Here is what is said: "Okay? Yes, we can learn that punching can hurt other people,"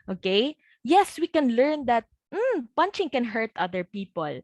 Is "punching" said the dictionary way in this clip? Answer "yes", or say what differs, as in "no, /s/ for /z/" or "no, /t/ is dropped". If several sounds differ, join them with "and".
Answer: yes